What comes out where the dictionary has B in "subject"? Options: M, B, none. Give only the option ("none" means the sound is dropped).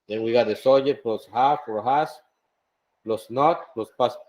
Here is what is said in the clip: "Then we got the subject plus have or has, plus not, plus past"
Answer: none